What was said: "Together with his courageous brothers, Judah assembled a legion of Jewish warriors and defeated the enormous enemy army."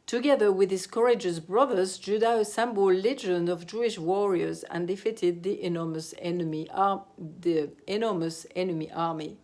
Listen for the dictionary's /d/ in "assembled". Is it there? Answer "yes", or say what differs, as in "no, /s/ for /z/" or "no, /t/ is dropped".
no, /d/ is dropped